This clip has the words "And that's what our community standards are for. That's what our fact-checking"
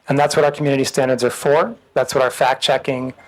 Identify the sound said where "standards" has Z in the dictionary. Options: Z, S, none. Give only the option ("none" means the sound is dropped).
Z